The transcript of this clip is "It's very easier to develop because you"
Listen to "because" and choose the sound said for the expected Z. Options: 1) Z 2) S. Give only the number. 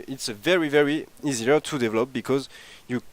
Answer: 1